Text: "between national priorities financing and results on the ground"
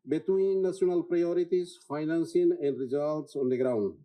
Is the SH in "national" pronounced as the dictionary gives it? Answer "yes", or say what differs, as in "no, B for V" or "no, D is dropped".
no, SH is dropped